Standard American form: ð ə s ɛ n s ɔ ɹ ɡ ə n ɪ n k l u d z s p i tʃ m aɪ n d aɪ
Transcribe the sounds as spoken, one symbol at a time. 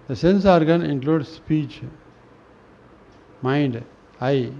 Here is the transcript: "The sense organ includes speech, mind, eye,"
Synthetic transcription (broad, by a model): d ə s ɛ n s ɔ ɹ ɡ ə n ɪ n k l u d s p i tʃ m aɪ n d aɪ